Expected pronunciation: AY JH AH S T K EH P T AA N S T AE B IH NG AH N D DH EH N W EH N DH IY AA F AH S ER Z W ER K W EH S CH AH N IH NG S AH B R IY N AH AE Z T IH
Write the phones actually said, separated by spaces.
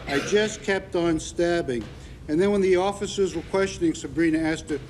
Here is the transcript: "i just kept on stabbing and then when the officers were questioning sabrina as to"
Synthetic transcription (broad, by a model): AY JH AH S K EH P T N S T AE B IH NG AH N DH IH N W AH N DH IY AA F AH S ER Z W ER K W EH S CH AH N IH NG S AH B R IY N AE S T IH